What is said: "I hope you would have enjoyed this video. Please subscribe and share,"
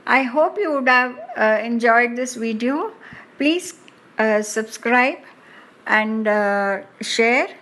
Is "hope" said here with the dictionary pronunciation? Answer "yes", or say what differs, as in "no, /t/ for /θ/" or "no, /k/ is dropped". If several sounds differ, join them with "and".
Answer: yes